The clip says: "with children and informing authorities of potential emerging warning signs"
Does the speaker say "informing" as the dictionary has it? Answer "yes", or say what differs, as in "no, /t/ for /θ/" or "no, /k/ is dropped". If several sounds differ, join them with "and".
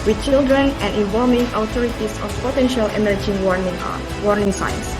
no, /l/ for /ɹ/